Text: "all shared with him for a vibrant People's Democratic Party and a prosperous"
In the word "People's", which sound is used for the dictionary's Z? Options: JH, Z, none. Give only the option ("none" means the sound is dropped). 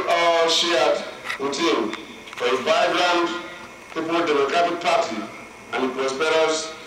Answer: none